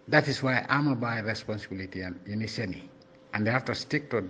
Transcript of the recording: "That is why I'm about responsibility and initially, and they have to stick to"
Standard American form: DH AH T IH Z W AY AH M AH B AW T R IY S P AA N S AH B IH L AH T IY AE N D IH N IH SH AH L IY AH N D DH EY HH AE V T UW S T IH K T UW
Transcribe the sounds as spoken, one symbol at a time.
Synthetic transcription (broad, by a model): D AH T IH S W AY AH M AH B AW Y R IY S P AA N S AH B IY L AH T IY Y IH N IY S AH N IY AH N D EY HH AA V T UW S T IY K T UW